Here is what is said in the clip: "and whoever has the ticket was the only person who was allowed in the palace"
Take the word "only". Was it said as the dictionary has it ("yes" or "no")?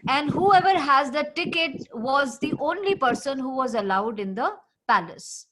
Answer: yes